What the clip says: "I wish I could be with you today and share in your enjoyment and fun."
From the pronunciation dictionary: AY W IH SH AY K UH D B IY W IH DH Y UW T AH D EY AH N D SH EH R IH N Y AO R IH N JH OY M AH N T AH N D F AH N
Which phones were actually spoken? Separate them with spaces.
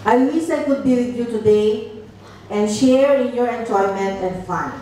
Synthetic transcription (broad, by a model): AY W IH S AY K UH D B IY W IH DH Y UW T AH D EY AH N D SH EH R IH N Y AO R IH N JH OY M AH N T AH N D F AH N